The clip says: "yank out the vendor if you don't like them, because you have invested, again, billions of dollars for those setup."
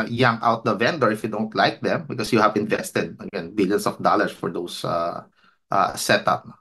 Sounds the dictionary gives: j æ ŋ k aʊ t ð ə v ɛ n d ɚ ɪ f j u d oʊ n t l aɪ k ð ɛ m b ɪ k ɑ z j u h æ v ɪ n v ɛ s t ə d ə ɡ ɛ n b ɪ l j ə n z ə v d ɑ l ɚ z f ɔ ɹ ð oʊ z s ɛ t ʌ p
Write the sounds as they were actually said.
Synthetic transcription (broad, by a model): j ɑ ŋ aʊ t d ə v ɛ n d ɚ ɪ f j u d oʊ n t l aɪ k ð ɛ m b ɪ k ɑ s j u h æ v ɪ n v ɛ s t ə d ə ɡ ɛ n b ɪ l j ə n s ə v d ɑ l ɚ s f ɔ ɹ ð oʊ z s ɛ t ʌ p